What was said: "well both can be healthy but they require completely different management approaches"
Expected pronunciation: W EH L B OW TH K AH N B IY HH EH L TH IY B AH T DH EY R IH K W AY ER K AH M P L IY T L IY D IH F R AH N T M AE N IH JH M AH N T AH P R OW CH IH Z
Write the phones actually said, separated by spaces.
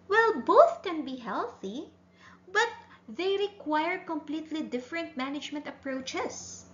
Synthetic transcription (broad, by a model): W EH L B OW TH K AH N B IY HH EH L TH IY B AH T DH EY R IH K W AY ER K AH M P L IY T L IY D IH F R AH N T M AE N IH JH M AH N T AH P R OW CH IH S